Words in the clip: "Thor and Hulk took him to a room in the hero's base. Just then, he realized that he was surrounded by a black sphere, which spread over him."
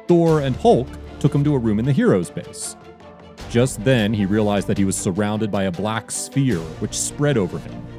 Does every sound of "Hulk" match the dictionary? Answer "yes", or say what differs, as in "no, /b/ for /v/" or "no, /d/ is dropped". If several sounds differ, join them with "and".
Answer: yes